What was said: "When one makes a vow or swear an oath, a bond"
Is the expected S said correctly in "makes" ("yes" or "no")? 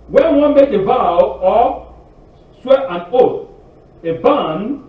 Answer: no